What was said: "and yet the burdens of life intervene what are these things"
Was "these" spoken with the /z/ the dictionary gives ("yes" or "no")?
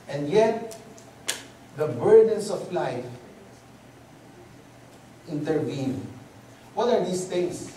no